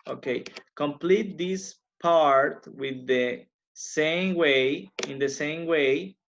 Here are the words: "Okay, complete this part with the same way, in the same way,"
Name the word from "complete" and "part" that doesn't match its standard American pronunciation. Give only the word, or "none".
none